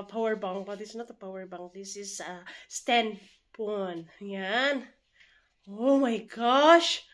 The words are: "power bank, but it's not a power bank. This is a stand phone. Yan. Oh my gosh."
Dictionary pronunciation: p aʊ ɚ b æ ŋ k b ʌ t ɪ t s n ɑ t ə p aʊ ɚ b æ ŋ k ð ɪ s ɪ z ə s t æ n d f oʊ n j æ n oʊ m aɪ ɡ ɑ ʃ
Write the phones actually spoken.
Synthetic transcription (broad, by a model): p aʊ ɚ b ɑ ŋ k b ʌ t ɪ s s n ɑ t ə p aʊ ɚ b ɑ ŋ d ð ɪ s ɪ s ə s t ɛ n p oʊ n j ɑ n oʊ m aɪ ɡ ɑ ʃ